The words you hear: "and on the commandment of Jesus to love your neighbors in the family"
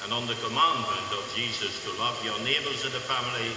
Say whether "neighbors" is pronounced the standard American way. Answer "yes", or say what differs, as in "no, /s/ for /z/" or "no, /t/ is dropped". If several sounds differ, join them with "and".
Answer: yes